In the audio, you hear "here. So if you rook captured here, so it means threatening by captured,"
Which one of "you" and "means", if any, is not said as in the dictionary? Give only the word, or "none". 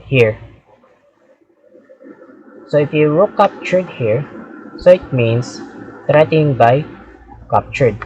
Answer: means